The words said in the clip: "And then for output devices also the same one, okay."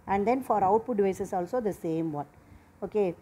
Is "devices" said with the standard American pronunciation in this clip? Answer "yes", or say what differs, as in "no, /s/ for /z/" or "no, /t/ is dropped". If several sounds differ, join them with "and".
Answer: no, /v/ is dropped and /s/ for /z/